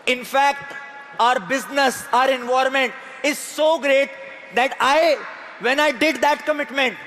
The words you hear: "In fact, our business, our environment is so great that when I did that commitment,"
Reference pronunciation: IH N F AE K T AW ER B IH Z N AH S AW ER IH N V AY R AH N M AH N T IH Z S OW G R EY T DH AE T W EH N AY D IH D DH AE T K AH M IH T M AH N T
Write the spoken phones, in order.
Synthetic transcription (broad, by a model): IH N F AE K T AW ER B IH Z N AH S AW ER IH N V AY AH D M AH N T IH Z S OW G R EY T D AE T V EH N AY D IH D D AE T K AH M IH T M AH N T